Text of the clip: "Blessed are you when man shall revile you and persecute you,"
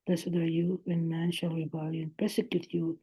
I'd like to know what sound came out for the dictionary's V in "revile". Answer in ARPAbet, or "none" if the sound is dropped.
B